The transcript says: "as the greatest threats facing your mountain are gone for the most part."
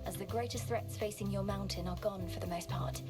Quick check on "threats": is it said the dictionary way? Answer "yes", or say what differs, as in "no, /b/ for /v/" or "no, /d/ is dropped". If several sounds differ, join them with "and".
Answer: yes